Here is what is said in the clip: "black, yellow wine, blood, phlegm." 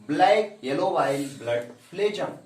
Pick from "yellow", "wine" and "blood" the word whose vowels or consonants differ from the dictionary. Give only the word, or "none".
wine